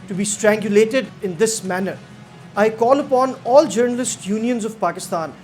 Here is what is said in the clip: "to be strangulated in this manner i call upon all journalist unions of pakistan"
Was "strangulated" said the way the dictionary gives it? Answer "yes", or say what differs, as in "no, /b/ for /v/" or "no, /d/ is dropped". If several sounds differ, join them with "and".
yes